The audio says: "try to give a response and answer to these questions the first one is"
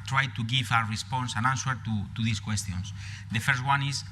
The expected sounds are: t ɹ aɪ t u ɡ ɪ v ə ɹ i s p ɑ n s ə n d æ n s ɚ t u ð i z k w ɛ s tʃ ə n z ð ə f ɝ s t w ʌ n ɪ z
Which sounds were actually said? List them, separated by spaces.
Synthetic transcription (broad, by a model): t ɹ aɪ t u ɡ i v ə ɹ i s p ɑ n s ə n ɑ n s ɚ t u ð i s k w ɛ s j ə n s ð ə f ɝ s t w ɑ n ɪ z